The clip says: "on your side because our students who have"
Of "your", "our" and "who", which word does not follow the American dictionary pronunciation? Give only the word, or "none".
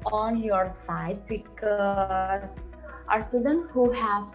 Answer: none